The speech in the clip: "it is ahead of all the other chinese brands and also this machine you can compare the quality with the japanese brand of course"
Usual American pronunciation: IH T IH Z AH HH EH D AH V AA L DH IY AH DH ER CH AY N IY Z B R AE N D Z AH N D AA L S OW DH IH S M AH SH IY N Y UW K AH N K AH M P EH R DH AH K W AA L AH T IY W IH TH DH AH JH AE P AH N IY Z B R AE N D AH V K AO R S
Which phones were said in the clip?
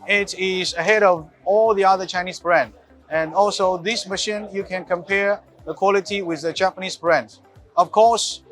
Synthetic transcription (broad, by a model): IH T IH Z AH HH EH D AH V AA L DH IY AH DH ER CH AY N IY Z B R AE N D AH N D AA L S OW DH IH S M AH SH IY N Y UW K AH N K AH M P EH R DH AH K W AA L AH T IY W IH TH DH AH JH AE P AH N IY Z B R AE N D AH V K AO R S